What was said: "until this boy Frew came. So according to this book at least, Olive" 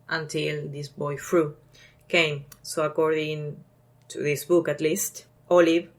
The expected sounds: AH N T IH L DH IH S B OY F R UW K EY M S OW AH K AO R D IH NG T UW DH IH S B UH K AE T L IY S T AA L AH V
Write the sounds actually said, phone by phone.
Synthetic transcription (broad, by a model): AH N T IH L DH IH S B OY F R UW K EY M S OW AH K AO R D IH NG T UW DH IH S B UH K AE T L IY S T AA L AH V